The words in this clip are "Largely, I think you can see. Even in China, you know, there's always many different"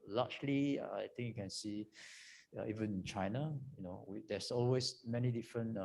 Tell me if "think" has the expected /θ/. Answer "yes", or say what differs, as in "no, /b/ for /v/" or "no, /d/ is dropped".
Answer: no, /t/ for /θ/